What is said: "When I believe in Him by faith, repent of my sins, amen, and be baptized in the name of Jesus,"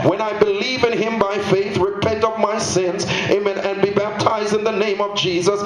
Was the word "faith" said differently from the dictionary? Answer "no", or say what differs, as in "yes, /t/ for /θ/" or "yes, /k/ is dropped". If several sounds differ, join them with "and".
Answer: no